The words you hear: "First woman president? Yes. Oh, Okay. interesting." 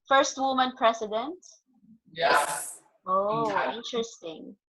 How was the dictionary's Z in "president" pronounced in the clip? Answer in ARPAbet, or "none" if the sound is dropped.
S